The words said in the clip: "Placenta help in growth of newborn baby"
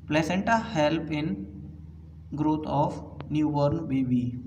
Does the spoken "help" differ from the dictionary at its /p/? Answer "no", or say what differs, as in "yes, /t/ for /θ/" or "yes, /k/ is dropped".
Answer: no